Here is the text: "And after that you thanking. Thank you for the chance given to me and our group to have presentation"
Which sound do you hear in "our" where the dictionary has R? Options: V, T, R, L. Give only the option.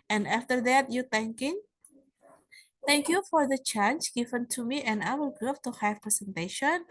L